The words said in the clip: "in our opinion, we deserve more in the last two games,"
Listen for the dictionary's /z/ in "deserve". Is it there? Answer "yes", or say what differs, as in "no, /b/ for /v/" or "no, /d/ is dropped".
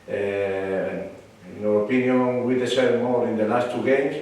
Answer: no, /s/ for /z/